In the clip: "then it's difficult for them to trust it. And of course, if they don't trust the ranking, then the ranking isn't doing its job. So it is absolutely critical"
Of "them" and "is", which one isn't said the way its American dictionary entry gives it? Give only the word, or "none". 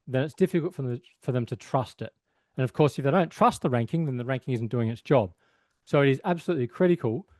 none